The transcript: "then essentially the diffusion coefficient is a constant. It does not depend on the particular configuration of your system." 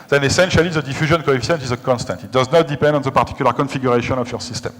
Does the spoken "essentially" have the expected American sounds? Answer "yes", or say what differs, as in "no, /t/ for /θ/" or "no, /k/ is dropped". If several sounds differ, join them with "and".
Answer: yes